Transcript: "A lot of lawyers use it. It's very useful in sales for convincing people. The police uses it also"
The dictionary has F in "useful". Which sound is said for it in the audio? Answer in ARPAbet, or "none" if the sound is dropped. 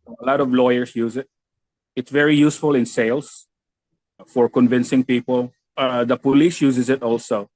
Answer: F